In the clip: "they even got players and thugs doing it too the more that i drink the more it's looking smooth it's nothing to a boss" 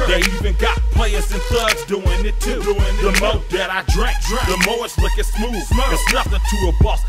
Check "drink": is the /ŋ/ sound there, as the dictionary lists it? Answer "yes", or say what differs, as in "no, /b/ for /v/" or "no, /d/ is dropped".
no, /ŋ/ is dropped